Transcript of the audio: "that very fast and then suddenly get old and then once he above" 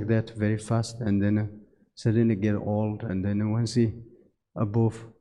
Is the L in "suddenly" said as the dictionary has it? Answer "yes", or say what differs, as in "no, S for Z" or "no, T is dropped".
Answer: no, L is dropped